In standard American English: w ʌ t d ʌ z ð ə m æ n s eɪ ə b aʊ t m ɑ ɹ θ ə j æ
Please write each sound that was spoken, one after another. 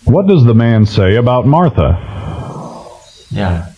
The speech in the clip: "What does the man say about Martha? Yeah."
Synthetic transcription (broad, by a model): w ʌ t d ʌ z ð ə m æ n s eɪ ə b aʊ t m ɑ ɹ θ ə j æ